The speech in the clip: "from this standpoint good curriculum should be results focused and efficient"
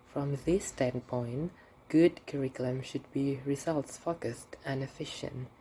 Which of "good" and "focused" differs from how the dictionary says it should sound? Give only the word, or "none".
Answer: none